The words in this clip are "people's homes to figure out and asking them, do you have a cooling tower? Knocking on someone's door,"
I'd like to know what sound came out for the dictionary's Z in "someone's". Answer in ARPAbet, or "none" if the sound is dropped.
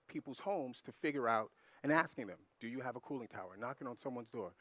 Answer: Z